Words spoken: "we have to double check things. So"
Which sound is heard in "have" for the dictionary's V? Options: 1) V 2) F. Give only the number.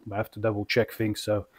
2